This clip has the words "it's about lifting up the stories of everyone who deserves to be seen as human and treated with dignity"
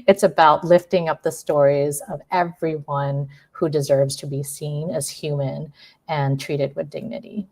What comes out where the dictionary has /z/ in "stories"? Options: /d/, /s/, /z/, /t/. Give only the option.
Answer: /z/